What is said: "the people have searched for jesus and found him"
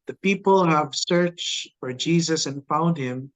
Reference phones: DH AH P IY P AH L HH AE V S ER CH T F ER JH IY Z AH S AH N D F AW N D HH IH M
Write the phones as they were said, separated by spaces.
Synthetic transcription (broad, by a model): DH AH P IY P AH L HH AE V S ER CH F ER JH IY Z AH S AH N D F AW N D HH IH M